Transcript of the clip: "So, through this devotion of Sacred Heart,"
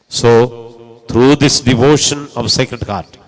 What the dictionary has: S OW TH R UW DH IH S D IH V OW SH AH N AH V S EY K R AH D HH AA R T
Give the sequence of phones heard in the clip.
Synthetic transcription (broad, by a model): S OW T R UW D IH S D IH V OW SH AH N AH V S EY K R AH D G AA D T